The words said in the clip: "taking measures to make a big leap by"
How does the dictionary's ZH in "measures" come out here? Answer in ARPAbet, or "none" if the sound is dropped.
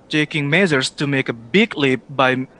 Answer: Z